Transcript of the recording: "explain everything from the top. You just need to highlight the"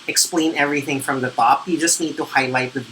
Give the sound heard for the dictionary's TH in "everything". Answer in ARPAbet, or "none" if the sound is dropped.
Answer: TH